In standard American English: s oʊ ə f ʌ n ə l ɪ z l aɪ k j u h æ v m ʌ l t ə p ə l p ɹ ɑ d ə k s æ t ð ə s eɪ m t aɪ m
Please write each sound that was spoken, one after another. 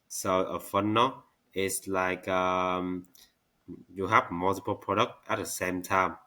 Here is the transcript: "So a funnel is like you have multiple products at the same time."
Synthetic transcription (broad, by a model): s oʊ ə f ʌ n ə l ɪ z l aɪ k j u h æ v m ʌ l t ə p ə l p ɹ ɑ d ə k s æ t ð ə s eɪ m t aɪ m